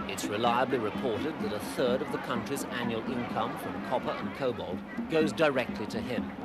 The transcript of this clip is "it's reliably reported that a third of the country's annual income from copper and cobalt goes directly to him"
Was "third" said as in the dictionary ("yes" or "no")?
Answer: yes